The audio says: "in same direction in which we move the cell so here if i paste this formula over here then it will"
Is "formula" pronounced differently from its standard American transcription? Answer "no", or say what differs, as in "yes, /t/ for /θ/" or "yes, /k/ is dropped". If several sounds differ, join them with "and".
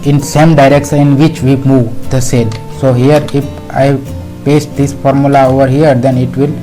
no